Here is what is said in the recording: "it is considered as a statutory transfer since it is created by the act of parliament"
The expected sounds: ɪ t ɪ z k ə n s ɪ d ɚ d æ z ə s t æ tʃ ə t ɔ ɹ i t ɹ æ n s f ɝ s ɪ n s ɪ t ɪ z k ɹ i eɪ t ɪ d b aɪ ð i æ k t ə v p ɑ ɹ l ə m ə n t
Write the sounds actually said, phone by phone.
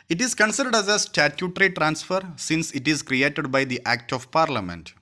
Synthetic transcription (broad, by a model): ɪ t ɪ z k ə n s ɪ d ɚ d æ z ə s t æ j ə t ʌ ɹ i t ɹ æ n s f ɝ s ɪ n s ɪ t ɪ z k ɹ i eɪ t ɪ d b aɪ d i æ k t ə v p ɑ ɹ l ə m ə n t